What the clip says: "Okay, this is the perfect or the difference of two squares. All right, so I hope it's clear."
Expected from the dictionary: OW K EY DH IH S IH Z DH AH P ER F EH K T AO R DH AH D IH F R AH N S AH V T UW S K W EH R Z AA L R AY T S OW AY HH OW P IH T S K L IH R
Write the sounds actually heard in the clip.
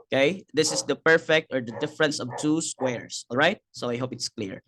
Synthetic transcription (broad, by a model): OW K EY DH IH S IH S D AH P ER F EH K T AO R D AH D IH F R AH N S AH V T UW S K W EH R S AA L R AY T S OW AY HH OW P IH T S K L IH R